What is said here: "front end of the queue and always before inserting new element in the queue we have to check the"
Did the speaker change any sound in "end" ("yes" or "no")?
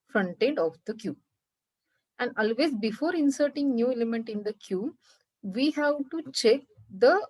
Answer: yes